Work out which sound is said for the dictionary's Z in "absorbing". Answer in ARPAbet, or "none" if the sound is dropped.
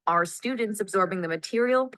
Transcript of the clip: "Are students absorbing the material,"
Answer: Z